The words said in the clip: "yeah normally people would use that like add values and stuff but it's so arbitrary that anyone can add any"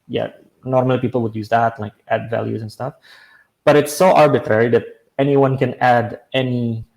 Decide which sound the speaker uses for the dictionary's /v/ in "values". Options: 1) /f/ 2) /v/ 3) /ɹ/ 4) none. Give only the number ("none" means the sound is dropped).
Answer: 2